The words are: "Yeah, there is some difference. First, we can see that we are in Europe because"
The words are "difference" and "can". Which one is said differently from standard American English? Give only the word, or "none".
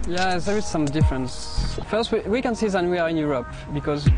none